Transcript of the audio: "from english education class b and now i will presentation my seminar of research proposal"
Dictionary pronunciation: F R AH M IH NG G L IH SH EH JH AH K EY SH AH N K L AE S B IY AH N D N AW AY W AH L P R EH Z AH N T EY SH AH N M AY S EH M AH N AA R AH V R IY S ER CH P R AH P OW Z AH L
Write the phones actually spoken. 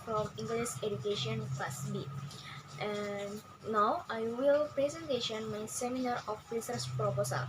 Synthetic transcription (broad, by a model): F R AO M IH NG G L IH S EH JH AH K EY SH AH N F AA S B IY AH N D N AW AY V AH L P R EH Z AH N T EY SH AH N M AY S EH M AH N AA R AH F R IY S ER S P R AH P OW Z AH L